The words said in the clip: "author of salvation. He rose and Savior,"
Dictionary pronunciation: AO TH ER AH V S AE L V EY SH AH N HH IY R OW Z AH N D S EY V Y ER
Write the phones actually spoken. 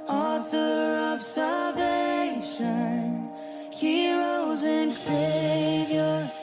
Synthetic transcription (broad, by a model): AO TH ER AH V S AE L V EY SH AH N HH IY R OW Z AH N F EY V Y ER